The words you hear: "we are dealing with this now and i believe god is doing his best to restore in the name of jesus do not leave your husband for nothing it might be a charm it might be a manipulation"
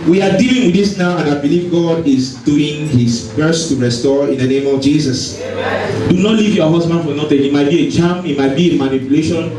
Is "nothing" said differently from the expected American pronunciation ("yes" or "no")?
yes